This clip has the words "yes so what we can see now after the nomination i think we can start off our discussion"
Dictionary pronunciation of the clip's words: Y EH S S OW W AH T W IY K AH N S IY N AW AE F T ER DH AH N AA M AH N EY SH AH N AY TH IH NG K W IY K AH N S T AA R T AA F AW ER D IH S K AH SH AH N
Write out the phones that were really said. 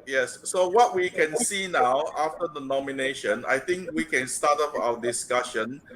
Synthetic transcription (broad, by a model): Y EH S S OW W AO T W IY K AH N S IY N AW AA F T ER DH AH N AA M AH N EY SH AH N AY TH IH NG K W IY K AH N S T AA T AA P AW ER D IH S K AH SH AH N